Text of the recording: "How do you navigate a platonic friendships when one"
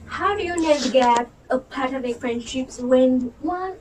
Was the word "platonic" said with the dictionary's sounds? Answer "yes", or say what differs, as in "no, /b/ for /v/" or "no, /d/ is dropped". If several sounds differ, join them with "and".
no, /l/ is dropped